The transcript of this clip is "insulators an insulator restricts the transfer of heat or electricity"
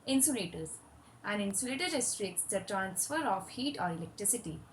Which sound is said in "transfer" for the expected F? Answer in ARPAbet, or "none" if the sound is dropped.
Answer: F